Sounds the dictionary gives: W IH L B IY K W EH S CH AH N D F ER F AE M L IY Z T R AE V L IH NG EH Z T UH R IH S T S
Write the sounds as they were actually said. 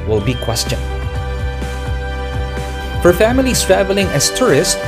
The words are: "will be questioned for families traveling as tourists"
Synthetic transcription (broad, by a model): W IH L B IY K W EH S CH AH N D F ER F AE M L IY S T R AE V L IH NG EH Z T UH R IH S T